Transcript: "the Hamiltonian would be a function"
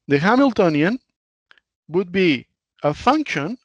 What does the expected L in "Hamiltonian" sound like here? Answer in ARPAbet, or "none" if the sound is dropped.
L